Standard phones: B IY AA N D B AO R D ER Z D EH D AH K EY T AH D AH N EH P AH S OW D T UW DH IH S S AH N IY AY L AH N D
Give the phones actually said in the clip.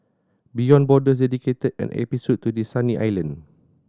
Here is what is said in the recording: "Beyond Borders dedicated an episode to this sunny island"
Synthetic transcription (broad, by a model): B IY AA N B AO D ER S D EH D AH K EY T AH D AH N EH P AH S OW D T UW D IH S S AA N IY AY L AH N